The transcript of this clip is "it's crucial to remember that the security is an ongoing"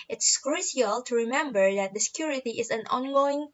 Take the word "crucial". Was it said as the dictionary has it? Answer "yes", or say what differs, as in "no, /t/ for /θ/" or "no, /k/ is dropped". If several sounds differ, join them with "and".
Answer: no, /s/ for /ʃ/